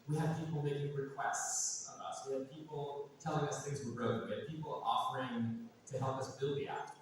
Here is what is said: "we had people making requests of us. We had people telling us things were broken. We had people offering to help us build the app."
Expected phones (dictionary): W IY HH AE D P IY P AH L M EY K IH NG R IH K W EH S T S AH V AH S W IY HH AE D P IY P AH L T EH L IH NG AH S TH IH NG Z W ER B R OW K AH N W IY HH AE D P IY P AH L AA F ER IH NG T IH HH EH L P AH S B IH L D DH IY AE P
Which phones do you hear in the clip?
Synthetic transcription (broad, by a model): W IY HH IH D P IY P L M EY K IH NG R IH K W EH S T S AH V AH S W IY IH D P IY P L T EH L IH NG AH S TH IH NG Z W ER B R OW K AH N W IY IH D P IY P L AA F ER IH NG T IH HH EH L P AH S B IH L D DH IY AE